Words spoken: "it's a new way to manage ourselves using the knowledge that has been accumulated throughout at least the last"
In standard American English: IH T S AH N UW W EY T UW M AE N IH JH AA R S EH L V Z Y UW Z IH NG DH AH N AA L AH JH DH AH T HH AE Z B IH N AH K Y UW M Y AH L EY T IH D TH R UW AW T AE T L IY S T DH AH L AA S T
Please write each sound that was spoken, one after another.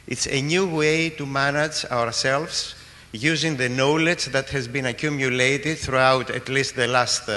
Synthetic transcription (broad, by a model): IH T S AH N UW W EY T UW M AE N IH JH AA R S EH L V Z Y UW Z IH NG DH AH N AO L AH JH DH AH T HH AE Z B IH N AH K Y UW M Y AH L EY T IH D TH R UW AW T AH T L IY S T DH AH L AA S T